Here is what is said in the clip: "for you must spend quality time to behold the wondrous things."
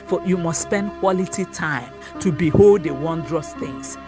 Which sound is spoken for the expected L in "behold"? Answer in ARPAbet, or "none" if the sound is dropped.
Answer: L